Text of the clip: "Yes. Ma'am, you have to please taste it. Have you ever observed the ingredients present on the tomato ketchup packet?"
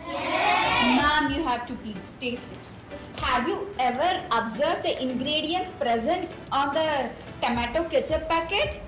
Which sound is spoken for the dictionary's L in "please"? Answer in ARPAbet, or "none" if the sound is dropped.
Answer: none